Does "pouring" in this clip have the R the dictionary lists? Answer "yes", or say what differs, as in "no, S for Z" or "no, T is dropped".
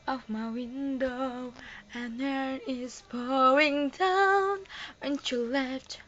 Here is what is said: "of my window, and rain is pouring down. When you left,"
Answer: no, R is dropped